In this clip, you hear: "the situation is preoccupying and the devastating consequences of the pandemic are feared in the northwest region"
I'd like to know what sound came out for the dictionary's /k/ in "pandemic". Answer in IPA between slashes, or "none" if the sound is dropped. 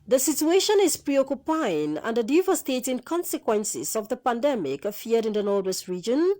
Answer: /k/